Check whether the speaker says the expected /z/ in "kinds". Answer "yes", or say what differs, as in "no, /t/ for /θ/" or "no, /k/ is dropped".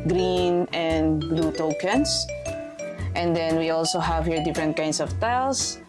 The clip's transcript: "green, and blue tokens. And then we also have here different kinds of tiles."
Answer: no, /s/ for /z/